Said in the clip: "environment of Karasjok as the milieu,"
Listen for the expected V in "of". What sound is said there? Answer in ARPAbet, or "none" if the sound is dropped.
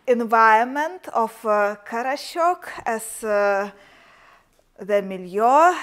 F